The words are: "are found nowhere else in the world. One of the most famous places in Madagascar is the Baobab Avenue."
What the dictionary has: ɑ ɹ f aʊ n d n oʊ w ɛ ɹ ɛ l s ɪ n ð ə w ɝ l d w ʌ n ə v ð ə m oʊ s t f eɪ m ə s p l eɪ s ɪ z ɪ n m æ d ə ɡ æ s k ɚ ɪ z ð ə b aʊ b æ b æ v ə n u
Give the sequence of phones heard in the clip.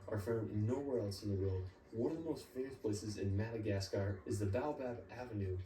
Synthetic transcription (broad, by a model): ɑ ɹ f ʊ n n oʊ w ɛ ɹ ɛ l s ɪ n ð ə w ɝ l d w ʌ n ə v ð ə m oʊ s t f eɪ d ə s p l eɪ s ɪ z ɪ n m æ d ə ɡ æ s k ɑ ɪ z ð ə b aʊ b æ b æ v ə n u